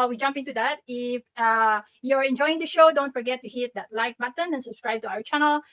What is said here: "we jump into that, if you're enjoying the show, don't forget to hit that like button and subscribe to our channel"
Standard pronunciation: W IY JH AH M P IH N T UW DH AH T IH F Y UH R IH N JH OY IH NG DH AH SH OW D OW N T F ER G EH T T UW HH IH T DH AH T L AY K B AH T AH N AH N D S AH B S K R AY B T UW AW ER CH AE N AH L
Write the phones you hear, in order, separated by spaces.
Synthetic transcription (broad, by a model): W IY JH AH M P IH N T UW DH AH T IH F Y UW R IH N JH OY IH NG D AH SH OW D OW N T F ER G EH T T UW HH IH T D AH T L AY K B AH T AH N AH N S AH B S K R AY B T UW AW ER CH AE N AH L